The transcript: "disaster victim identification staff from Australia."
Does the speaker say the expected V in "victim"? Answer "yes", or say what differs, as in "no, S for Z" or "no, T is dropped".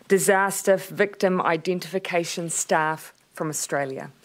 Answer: yes